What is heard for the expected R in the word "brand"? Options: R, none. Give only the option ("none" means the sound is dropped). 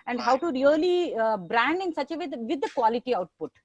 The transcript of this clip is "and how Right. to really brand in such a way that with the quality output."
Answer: R